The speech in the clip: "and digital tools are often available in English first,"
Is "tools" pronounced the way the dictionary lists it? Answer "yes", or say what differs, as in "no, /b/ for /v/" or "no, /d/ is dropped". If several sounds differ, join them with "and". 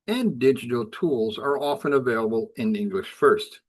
yes